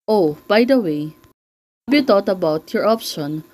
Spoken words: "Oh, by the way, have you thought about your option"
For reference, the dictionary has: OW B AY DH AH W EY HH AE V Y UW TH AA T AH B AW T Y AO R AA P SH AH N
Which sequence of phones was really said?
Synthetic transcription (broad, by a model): OW B AY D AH W EY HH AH B Y UW T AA T AH B AW T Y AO R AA P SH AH N